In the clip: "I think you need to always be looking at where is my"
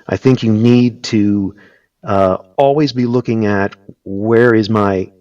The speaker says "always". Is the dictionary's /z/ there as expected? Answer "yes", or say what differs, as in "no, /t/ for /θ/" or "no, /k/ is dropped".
yes